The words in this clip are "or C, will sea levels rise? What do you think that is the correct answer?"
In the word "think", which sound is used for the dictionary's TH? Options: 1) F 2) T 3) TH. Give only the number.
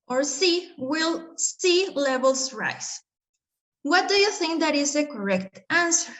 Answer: 3